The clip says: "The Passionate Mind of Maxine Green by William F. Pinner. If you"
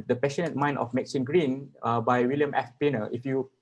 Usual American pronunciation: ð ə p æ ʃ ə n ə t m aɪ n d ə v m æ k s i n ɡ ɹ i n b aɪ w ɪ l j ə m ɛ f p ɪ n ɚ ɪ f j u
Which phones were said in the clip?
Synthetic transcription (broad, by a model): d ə p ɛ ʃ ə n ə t m aɪ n ə f m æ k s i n ɡ ɹ i n b aɪ w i l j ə m ɛ f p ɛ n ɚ ɪ f j u